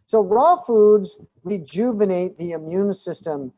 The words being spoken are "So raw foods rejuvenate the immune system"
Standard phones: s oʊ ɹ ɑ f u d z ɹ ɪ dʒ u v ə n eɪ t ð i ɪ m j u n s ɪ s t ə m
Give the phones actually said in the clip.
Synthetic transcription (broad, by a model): s oʊ ɹ ɑ f u d z ɹ ɪ dʒ u v ə n eɪ t ð i ɪ m j u n s ɪ s t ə m